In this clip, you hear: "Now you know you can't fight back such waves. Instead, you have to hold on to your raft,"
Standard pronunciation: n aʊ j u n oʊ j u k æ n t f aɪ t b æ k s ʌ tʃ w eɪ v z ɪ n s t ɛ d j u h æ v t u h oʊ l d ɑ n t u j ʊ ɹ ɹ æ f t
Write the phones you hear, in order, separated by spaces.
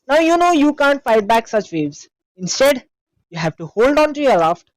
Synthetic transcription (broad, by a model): n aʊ j u n oʊ j u k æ n t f aɪ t b æ k s ʌ tʃ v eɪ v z ɪ n s t ɛ d j u h æ v t u h oʊ l d ɑ n t u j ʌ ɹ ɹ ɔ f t